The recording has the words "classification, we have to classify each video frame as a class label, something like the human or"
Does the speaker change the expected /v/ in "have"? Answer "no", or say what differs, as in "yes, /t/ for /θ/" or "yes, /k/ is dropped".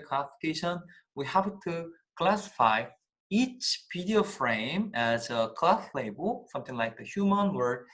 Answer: yes, /p/ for /v/